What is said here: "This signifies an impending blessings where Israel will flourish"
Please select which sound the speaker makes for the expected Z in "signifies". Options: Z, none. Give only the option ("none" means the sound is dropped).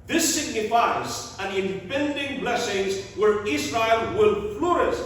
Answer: Z